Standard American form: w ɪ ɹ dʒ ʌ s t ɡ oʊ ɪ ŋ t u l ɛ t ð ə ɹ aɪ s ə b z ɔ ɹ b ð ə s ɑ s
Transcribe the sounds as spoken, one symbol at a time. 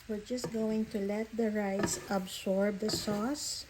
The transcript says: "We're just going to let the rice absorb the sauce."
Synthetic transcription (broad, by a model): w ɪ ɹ dʒ ʌ s t ɡ oʊ ɪ ŋ t u l ɛ t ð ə ɹ aɪ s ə b s ɔ ɹ b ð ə s ɑ s